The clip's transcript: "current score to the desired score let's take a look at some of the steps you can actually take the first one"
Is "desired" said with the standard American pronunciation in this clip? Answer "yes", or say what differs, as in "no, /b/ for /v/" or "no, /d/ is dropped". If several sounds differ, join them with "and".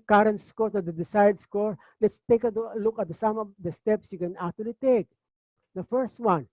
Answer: no, /s/ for /z/